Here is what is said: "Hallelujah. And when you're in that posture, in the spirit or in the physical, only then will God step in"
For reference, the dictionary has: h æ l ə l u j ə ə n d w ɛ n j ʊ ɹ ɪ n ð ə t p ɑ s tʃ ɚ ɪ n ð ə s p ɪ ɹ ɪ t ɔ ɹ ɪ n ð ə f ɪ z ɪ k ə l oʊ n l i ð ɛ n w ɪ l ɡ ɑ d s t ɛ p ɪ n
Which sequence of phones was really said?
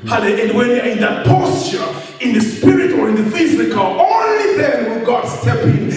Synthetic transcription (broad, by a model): h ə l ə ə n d w ɛ n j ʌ ɪ n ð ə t p ɑ s tʃ ɚ ɪ n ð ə s p ɪ ɹ ɪ t ɔ ɹ ɪ n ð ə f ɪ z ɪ k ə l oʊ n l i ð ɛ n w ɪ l ɡ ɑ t s t ɛ p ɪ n